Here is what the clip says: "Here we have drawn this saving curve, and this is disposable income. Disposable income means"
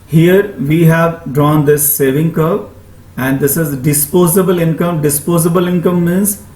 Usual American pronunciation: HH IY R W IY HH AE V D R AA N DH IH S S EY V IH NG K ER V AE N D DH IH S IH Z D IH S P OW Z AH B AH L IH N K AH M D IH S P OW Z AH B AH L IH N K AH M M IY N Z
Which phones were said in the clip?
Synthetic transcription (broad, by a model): HH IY R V IY HH AE V D R AA N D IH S S EY V IH NG K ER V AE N D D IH S IH Z D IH S P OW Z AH B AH L IH N K AH M D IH S P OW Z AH B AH L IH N K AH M M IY N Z